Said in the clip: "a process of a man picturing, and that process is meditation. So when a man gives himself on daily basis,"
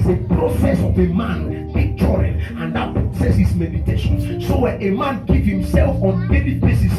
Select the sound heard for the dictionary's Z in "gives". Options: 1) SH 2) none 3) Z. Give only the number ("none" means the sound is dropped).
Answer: 2